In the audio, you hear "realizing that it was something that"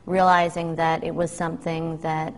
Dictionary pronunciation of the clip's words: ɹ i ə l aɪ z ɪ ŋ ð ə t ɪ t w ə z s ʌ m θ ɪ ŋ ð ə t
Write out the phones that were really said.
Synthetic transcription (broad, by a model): ɹ i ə l aɪ z ɪ ŋ ð ə t ɪ t w ə z s ʌ m θ ɪ ŋ ð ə t